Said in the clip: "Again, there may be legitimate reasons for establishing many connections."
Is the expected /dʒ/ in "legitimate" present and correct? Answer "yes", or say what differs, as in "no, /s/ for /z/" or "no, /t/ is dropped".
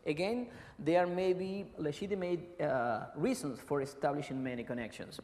no, /ʃ/ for /dʒ/